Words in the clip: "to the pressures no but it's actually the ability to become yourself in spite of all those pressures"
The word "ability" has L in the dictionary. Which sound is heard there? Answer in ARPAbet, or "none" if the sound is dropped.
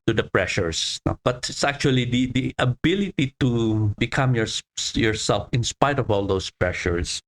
L